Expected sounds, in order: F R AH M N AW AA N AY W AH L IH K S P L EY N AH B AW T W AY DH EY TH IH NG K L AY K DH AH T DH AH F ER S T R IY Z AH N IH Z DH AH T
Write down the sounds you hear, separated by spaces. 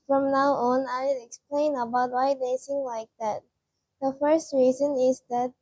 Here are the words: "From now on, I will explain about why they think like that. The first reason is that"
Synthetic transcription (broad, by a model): F R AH M N AW AA N AY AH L IH K S P L EY N AH B AW T W AY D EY S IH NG L AY K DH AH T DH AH F ER S T R IY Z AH N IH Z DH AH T